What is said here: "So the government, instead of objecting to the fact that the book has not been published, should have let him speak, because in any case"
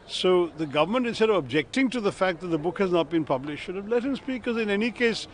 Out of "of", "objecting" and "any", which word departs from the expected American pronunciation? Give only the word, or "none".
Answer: none